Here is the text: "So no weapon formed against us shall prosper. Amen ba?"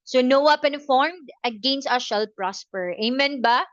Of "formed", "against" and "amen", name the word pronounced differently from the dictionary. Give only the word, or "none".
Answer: none